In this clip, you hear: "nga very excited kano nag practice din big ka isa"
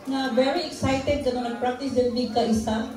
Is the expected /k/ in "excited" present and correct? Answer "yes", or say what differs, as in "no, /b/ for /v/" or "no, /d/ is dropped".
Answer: yes